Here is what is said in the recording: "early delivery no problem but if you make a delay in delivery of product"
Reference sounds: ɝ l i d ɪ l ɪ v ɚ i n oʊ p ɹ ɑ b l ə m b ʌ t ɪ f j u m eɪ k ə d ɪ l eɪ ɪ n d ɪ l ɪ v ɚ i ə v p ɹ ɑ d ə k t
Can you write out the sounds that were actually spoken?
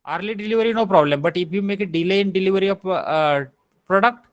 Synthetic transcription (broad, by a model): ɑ l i d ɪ l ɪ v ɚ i n oʊ p ɹ ɑ b l ə m b ʌ t ɪ f j u m eɪ k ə d ɪ l eɪ ɪ n d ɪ l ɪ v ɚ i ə p p ɹ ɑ d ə k t